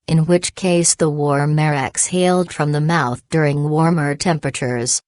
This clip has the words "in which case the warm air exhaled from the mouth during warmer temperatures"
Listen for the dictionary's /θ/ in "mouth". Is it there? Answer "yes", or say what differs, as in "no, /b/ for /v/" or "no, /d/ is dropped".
yes